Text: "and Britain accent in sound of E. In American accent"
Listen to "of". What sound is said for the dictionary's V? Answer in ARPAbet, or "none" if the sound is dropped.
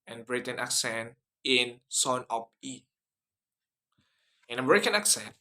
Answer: P